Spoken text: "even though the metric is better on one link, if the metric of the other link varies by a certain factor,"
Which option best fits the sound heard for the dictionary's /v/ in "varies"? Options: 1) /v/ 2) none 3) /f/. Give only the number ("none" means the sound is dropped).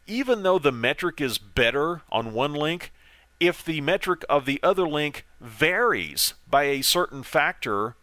1